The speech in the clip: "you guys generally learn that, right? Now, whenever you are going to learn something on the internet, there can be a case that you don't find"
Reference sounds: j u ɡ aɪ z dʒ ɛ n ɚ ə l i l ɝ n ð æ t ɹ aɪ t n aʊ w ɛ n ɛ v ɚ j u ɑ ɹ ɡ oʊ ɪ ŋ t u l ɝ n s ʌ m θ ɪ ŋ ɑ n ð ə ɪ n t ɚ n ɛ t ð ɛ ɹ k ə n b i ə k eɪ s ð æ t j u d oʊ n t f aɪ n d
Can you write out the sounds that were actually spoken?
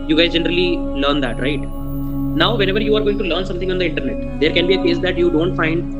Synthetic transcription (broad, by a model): j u ɡ aɪ z dʒ ɛ n ɚ ə l i l ɝ n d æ t ɹ aɪ t n aʊ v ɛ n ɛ v ɚ j u ɑ ɹ ɡ oʊ ɪ ŋ t u l ɝ n s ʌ m t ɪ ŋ ɑ n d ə ɪ n t ɚ n ɛ t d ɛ ɹ k ə n b i ə k eɪ s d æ t j u d oʊ n t f aɪ n d